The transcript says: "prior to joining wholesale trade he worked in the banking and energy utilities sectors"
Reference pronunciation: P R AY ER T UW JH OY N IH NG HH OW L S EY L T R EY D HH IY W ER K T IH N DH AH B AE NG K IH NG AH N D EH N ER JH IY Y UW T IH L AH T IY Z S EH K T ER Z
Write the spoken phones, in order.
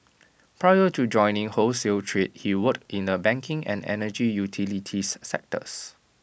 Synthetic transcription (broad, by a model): P R AY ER T UW JH OY N IH NG HH OW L S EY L T R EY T HH IY W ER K IH N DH AH B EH NG K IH NG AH N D EH N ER JH IY Y UW T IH L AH T IY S EH K T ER S